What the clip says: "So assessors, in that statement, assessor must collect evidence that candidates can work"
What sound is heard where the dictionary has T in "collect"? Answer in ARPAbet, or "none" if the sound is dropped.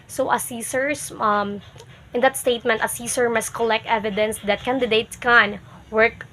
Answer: T